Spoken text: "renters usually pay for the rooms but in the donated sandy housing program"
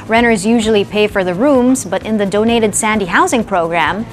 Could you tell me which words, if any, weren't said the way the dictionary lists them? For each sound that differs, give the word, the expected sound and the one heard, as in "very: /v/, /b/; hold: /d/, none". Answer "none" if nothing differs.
none